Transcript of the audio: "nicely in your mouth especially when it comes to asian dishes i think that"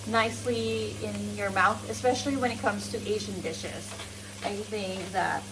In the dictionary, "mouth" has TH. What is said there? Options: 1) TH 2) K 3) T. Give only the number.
1